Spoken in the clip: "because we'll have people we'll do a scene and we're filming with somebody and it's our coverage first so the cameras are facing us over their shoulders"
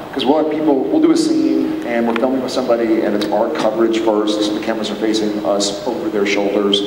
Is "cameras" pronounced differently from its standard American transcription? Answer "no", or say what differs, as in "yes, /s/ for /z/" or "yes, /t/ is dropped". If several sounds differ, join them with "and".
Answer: yes, /w/ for /ɹ/